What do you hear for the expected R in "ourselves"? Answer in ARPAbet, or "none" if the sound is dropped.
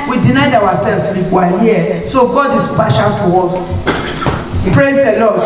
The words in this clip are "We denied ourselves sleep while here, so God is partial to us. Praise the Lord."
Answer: W